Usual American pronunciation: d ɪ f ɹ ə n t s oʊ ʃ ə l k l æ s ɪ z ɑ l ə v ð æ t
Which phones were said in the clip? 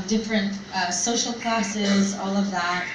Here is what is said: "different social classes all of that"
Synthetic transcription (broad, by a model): d ɪ f ɹ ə n t s oʊ ʃ l k l æ s ɪ z ɑ l ə v ð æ t